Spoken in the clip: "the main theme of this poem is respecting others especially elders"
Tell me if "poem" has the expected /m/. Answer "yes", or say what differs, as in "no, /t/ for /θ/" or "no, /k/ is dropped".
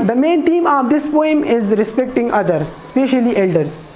yes